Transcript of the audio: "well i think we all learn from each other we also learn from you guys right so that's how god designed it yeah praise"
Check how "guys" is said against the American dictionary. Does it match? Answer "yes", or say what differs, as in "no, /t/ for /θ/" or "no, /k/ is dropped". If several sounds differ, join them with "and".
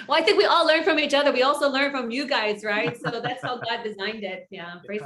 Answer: yes